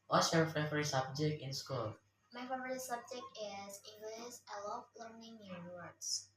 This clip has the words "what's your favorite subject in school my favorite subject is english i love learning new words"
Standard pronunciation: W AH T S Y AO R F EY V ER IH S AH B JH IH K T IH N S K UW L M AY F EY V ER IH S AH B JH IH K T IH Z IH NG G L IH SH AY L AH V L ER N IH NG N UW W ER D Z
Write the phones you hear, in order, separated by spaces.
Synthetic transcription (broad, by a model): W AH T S Y AO R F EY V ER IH S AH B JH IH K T IH N S K UW L M AY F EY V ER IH S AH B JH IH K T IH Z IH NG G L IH S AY L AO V L ER N IH NG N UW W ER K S